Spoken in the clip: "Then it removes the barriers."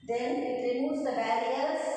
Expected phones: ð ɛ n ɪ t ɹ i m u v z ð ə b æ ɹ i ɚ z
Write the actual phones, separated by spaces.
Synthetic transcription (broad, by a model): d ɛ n ɪ t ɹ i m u z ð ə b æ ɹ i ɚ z